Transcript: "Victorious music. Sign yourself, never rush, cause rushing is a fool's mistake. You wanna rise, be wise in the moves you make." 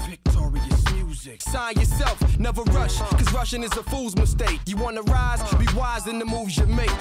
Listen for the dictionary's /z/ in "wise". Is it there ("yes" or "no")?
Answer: yes